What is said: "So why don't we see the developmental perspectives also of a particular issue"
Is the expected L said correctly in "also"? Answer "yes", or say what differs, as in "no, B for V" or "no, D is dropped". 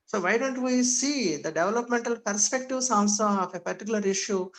no, N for L